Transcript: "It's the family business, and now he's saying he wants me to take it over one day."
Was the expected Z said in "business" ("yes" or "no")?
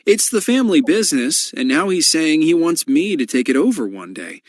yes